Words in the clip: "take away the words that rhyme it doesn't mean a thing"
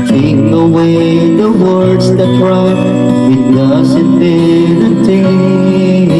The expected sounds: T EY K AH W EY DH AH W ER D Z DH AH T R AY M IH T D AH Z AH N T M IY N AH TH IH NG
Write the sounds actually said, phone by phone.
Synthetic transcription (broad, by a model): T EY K AH W EY DH AH W ER D Z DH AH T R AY IH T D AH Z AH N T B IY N AH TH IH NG